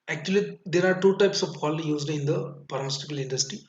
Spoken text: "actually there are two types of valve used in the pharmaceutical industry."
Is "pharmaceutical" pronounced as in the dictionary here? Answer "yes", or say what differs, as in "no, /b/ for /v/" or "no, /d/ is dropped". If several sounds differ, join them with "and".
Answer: no, /p/ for /f/